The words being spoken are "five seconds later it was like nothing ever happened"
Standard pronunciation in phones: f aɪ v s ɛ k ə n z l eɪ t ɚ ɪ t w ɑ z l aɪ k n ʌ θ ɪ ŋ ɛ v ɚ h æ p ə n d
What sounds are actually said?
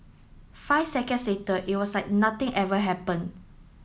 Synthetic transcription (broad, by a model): f aɪ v s ɛ k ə n s l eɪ t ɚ ɪ t w ɑ s l aɪ k n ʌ t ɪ ŋ ɛ v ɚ h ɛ p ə n